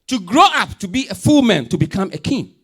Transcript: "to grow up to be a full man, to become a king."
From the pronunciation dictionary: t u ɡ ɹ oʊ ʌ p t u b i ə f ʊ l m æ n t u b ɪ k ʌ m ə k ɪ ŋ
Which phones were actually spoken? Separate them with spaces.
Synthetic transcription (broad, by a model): t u ɡ ɹ oʊ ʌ p t u b i ə f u l m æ n t u b ɪ k ʌ m ə k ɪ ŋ